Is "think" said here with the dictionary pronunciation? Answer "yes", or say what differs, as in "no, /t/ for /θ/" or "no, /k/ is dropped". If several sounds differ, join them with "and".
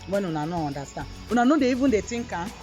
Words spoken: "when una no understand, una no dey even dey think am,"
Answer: no, /t/ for /θ/